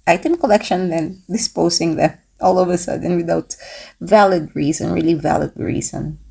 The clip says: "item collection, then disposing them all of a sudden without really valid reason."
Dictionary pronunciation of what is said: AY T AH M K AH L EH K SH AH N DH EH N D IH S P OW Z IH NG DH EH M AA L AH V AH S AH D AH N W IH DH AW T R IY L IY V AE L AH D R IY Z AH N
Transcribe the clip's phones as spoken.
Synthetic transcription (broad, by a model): AY T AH M K AH L EH K SH AH N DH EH N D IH S P OW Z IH NG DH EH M AA L AH V AH S AH D AH N W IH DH AW T R IY L IY V AE L AH D R IY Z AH N